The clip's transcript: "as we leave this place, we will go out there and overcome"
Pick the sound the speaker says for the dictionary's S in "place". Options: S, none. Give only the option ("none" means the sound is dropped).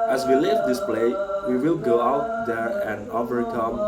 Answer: none